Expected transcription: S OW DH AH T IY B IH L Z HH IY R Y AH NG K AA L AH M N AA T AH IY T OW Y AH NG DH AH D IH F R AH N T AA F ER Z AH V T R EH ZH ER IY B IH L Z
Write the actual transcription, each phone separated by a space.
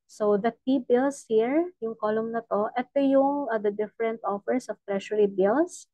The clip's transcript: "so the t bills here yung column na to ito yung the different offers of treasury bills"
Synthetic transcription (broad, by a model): S OW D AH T IY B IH L S HH IY R Y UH NG K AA L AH M N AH T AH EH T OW Y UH NG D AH D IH F R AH N T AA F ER S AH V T R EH SH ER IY B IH L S